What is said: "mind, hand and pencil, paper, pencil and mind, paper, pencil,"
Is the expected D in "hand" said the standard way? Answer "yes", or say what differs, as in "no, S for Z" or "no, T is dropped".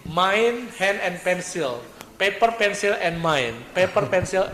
no, D is dropped